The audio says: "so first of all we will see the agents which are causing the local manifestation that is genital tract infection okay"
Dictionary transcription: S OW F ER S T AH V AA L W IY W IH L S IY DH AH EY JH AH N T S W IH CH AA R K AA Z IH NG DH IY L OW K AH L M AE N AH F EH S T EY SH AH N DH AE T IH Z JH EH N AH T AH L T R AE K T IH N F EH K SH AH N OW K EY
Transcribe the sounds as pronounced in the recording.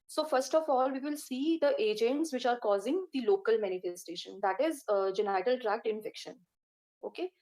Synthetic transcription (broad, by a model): S OW F ER S T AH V AA L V IY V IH L S IY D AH EY JH AH N T S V IH CH AA R K AA Z IH NG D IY L OW K AH L M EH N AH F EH S T EY SH AH N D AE T IH Z JH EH N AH T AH L T R AE K T IH N F EH K SH AH N OW K EY